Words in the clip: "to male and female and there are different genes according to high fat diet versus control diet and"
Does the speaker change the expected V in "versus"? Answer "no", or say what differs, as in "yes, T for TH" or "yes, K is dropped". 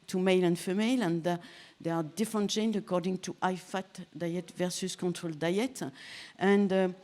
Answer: no